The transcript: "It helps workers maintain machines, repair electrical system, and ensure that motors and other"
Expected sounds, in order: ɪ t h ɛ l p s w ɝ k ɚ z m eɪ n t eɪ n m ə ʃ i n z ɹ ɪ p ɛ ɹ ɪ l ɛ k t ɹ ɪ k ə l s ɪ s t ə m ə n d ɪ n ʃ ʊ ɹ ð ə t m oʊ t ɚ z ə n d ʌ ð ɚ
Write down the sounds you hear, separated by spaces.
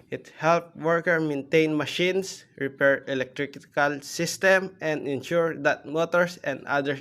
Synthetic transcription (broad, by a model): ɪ t h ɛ l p w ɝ k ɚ m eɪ n t eɪ n m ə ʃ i n s ɹ ɪ p ɛ ɹ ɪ l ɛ k t ɹ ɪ k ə l s ɪ s t ə m ə n d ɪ n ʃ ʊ ɹ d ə t m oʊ t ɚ s ə n d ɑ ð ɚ